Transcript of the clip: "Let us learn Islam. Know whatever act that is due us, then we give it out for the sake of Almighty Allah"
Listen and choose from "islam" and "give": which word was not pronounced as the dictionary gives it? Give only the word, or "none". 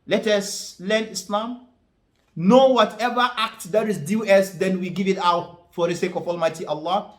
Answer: none